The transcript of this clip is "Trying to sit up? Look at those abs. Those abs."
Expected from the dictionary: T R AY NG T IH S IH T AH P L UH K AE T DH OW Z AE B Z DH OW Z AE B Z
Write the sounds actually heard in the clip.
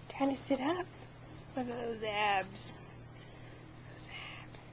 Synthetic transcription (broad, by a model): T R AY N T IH S IH T AH P W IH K DH OW Z AE B Z DH OW Z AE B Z